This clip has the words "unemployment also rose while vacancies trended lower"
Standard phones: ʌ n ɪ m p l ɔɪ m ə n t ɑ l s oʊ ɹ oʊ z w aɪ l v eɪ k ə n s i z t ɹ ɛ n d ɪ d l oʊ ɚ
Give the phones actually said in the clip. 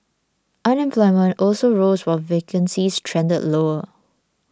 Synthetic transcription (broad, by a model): ʌ n ɪ m p l ɔɪ m ə n t ɑ l s oʊ ɹ oʊ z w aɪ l v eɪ k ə n s i s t ɹ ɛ n d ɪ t l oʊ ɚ